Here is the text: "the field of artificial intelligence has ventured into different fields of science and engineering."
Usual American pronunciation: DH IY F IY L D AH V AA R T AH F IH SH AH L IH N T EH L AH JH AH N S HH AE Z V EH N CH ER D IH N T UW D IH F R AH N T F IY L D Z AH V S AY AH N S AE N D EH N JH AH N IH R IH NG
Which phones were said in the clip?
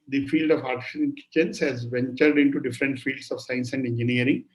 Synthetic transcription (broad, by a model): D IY F IY L D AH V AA R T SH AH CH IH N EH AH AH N S HH AE Z V EH N CH ER D IH N T UW D IH F R AH N T F IY L D S AH V S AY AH N S AE N D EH N JH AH N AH R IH NG